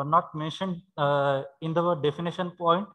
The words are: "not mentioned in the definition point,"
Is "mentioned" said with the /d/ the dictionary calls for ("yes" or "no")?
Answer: yes